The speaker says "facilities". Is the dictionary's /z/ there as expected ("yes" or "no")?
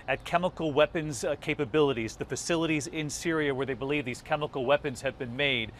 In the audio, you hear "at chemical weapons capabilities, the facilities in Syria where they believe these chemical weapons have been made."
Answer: yes